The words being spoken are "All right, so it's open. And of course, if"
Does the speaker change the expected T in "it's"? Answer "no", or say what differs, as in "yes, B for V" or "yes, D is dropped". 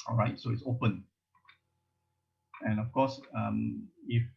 no